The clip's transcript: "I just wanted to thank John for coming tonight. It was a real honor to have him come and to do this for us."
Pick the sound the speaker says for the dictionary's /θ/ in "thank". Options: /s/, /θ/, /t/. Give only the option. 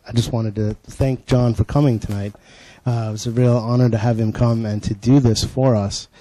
/θ/